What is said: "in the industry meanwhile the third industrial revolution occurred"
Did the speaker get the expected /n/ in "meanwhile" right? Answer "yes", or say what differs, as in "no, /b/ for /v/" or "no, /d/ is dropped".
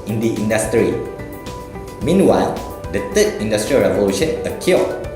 yes